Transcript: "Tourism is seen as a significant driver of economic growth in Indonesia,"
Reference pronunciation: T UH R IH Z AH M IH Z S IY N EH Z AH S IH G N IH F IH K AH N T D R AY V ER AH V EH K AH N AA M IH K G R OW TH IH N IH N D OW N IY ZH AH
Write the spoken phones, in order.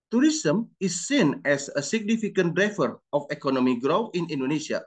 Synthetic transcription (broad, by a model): T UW R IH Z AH M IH S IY N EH S AH S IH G N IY F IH K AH N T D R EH F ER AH F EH K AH N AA M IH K G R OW F IH N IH N D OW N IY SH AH